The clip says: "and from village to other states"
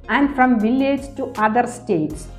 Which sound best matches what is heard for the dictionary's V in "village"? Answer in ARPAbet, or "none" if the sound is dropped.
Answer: V